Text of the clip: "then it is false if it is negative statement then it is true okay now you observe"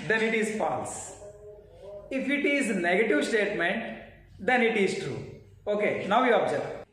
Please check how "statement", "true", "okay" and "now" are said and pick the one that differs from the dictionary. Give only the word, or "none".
none